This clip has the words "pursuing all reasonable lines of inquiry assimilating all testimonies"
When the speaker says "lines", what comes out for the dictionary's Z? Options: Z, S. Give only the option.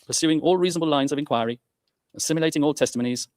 Z